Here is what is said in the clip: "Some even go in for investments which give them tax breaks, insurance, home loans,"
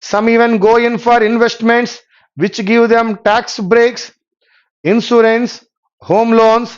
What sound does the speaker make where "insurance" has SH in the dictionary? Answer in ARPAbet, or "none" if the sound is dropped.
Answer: S